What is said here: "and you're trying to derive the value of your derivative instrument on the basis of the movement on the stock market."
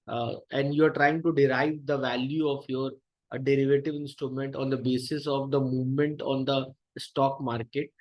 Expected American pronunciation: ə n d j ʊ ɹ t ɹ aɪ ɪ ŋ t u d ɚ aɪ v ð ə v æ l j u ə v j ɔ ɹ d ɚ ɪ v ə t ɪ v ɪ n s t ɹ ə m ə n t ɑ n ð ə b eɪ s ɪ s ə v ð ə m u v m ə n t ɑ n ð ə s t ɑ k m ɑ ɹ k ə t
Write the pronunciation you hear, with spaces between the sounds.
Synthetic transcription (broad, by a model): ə n d j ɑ ɹ t ɹ aɪ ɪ ŋ t u d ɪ aɪ v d ə v æ l j u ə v j ɔ ɹ d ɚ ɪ v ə t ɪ v ɪ n s t ɹ ə m ə n t ɑ n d ə b eɪ s ɪ s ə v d ə m u v m ə n t ɑ n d ə s t ɑ k m ɑ ɹ k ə t